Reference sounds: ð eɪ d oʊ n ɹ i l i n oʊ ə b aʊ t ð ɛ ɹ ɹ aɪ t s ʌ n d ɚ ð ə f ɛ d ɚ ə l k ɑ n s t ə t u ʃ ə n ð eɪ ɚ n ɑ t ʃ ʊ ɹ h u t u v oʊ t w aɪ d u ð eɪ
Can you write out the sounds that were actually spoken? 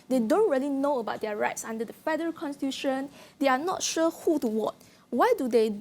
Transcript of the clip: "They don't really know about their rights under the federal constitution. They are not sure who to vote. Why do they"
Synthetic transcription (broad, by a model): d eɪ d oʊ n ɹ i l i n oʊ ə b aʊ t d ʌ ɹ ɹ aɪ t s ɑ n d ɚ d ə f ɛ d ɚ ə l k ɑ n s t ə t u ʃ ə n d eɪ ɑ n ɑ t ʃ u h u t u w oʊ t w aɪ d u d eɪ